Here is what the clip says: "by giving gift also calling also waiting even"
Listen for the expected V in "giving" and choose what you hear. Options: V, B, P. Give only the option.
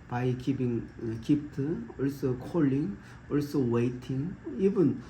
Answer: P